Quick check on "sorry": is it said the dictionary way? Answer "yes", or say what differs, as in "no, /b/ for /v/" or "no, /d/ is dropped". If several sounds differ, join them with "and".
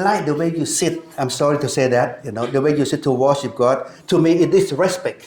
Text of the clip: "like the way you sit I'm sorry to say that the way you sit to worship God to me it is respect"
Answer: yes